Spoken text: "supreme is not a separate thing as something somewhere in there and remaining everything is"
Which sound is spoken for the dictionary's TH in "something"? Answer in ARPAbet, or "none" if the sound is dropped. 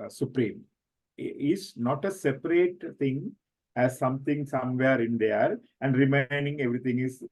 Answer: T